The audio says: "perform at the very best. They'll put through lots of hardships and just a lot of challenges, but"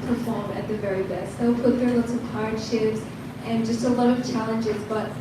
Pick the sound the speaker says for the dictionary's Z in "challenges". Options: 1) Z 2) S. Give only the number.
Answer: 1